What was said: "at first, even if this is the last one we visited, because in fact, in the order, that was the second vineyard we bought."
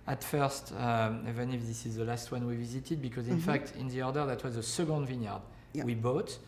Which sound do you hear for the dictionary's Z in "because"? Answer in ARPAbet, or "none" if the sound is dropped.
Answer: Z